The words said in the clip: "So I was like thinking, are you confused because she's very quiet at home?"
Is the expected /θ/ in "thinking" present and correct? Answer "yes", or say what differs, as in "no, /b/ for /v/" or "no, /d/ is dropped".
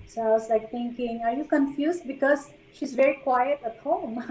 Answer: no, /t/ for /θ/